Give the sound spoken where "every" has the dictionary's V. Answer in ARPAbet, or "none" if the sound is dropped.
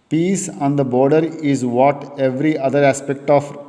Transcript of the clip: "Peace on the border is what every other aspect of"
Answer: V